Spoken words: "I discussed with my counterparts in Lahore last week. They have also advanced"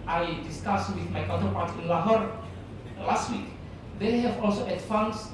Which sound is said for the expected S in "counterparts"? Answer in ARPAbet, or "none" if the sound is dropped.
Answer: none